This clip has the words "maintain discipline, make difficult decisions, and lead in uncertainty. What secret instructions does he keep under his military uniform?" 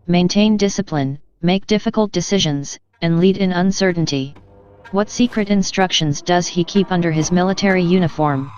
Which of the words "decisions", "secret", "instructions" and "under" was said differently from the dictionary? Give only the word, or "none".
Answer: none